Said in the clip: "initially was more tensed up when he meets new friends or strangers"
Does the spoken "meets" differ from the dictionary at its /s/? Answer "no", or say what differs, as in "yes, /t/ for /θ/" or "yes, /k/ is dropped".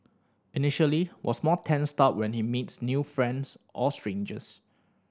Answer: no